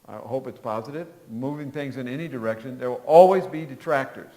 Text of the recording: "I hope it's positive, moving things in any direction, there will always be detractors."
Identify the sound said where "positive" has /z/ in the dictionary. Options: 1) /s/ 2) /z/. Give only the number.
2